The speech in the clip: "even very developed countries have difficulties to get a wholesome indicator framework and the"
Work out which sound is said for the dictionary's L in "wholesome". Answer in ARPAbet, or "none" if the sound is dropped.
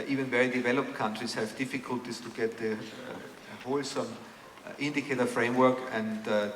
L